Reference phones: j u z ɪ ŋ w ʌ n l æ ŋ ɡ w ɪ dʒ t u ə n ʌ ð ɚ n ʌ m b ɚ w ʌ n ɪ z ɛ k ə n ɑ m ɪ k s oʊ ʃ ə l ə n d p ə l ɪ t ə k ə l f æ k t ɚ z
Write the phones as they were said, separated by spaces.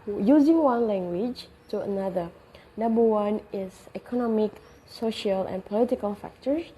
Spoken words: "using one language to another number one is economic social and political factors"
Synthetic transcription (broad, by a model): j u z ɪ ŋ w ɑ n l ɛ ŋ ɡ w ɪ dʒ t u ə n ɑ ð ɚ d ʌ b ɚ w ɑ n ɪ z ɛ k ə n ɑ m ɪ k s oʊ ʃ ə l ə n p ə l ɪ t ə k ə l f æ k t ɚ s